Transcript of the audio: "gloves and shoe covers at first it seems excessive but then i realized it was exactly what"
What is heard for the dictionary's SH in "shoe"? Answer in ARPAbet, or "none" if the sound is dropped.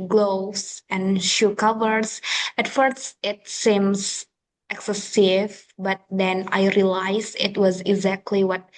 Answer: SH